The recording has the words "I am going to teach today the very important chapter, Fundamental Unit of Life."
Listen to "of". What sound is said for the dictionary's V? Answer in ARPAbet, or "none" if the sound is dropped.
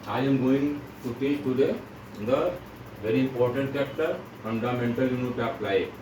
P